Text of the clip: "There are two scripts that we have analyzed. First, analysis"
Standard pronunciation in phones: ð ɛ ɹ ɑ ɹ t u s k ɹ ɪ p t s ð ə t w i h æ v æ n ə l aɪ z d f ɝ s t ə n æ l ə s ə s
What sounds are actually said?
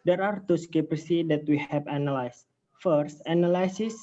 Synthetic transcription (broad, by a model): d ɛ ɹ ɑ ɹ t u s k ɪ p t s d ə t w i h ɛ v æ n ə l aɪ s f ɝ s t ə n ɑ l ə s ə s